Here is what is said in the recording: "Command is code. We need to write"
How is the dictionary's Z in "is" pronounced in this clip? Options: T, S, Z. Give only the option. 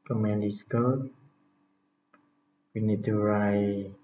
S